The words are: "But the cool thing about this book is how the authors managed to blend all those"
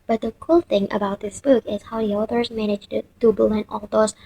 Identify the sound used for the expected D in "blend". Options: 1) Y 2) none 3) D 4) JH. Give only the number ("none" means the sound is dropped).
2